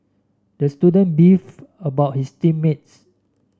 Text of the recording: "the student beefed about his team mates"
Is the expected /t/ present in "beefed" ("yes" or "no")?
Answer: no